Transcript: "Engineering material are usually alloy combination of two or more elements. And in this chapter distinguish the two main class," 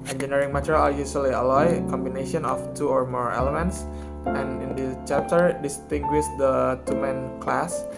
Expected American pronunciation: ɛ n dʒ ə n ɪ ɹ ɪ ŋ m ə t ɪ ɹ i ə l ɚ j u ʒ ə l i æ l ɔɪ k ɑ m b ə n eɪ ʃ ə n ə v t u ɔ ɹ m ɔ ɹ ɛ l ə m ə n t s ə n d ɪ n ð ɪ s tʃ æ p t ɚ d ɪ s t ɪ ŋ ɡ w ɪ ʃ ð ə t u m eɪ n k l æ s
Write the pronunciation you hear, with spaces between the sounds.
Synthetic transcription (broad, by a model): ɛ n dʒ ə n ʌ ɹ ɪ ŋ m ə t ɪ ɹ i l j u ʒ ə l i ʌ l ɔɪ k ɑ m b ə n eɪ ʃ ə n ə f t u ɔ ɹ m ɔ ɹ ɛ l ə m ə n t s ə n ɪ n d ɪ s tʃ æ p t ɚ d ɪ s t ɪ ŋ ɡ w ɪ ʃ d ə t u m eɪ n k l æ s